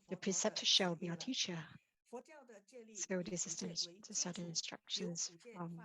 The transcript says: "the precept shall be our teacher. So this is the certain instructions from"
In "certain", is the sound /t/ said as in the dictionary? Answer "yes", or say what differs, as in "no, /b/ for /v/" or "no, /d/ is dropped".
no, /s/ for /t/